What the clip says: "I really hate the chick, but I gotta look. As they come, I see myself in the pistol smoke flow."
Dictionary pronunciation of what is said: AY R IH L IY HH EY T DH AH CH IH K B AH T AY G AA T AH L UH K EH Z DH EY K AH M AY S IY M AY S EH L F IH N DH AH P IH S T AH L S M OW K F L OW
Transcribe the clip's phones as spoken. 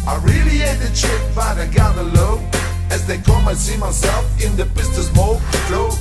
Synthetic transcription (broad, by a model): AY R IH L IY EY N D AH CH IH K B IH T AY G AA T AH L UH IH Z DH EY K AH M AY S IY M AY S EH L F IH N DH AH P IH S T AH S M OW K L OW